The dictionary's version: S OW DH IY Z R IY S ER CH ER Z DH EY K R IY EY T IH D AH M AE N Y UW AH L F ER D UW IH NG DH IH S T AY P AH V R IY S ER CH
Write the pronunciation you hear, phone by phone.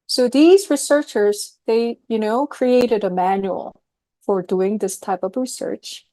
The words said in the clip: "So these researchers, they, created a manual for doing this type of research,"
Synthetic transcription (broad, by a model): S OW DH IY Z R IY S ER CH ER Z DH EY K R IY EY T IH D AH M AE N Y UW AH L F ER D UW IH NG DH IH S T AY P AH V R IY S ER CH